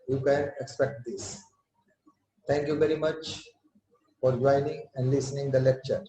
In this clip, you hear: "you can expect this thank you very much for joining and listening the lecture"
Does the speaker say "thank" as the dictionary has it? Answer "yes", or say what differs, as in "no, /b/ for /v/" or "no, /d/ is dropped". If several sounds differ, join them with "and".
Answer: no, /t/ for /θ/